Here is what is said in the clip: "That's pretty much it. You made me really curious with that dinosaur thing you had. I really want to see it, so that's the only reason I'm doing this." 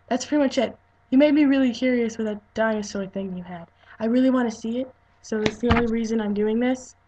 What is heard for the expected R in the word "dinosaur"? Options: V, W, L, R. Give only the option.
L